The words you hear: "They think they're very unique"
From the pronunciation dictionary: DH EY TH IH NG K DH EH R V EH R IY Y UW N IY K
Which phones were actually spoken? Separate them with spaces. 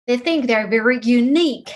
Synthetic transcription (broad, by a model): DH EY TH IH NG K DH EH R V EH R IY Y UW N IY K